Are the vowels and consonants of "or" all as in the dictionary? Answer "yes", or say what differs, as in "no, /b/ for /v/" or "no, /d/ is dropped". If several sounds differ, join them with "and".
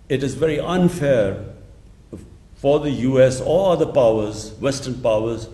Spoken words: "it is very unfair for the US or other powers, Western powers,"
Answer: no, /l/ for /ɹ/